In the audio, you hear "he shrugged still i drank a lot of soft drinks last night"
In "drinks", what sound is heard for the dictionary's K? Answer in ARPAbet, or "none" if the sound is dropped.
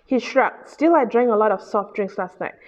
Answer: K